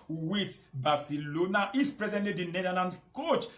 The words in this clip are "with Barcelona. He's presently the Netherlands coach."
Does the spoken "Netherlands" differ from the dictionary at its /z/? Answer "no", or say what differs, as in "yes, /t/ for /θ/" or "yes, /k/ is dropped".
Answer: yes, /z/ is dropped